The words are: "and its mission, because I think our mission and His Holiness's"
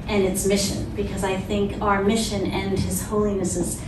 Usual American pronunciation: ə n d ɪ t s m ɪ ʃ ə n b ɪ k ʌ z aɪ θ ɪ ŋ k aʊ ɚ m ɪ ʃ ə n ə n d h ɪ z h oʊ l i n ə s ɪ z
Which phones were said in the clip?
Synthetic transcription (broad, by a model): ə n ɪ t s m ɪ ʃ ə n b ɪ k ʌ z aɪ θ ɪ ŋ k aʊ ɚ m ɪ ʃ ə n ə n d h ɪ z h oʊ l i n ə s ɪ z